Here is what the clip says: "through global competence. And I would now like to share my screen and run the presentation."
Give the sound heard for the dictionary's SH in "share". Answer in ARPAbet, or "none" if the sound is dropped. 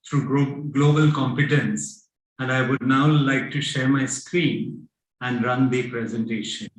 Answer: SH